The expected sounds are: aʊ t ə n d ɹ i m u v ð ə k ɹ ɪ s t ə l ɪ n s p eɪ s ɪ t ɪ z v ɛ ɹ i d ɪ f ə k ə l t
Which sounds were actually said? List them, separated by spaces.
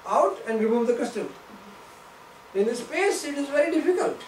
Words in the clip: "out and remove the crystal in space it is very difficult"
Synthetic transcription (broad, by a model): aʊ t ə n d ɹ i m u v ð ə k ʌ s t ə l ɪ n s p eɪ s ɪ t ɪ z v ɛ ɹ i d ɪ f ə k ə l t